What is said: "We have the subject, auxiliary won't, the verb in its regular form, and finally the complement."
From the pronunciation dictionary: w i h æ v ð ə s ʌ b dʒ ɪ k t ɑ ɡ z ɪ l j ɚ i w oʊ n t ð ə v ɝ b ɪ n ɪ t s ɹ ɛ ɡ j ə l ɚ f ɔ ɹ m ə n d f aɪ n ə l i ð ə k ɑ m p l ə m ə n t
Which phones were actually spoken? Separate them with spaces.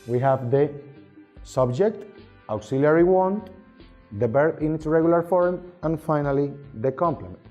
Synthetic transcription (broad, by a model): w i h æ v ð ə s ʌ b dʒ ɪ k t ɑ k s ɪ l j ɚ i w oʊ n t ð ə b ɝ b ɪ n ɪ t s ɹ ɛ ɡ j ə l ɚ f ɔ ɹ m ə n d f aɪ n ə l i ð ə k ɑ m p l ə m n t